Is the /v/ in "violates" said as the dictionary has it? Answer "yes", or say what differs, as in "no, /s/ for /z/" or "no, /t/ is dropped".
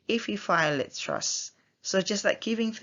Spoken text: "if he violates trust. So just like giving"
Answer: no, /f/ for /v/